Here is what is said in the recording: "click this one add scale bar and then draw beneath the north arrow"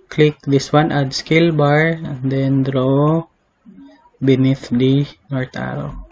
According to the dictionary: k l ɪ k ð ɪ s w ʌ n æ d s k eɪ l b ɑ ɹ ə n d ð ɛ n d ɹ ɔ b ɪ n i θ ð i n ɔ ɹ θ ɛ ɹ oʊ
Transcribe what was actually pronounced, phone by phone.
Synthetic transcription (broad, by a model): k l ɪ k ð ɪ s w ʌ n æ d s k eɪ l b ɑ ɹ ə n d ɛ n d ɹ ɔ b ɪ n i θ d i n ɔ ɹ t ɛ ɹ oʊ